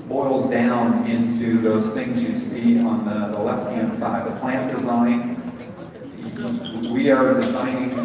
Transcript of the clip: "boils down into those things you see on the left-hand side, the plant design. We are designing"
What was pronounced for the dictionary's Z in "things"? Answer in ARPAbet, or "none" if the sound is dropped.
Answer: Z